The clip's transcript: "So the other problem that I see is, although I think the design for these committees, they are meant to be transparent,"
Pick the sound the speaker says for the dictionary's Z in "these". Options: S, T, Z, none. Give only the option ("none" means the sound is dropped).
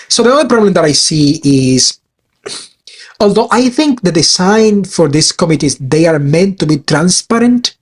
S